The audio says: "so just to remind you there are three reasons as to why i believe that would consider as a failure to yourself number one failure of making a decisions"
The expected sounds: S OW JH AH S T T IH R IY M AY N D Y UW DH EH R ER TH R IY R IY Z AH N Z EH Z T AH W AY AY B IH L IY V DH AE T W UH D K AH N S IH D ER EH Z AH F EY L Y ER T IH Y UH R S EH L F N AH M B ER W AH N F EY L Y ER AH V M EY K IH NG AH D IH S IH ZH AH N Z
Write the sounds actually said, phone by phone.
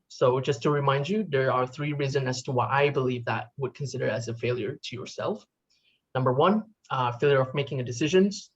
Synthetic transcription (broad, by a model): S OW JH AH S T T IH R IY M AY N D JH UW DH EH R ER TH R IY R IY Z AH N EH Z T AH W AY AY B IH L IY V DH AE T W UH D K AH N S IH D ER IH Z AH F EY L Y ER T IH Y UH R S EH L F N AH M B ER W AH N F EY L Y ER AH V M EY K IH NG AH D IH S IH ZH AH N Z